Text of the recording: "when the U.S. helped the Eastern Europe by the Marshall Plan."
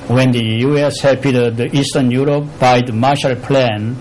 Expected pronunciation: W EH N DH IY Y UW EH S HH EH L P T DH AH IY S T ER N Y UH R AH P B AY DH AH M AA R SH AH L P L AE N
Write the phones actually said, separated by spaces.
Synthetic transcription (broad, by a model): W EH N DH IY Y UW EH S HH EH P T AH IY S T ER N Y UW R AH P B AY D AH M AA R SH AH L P L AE N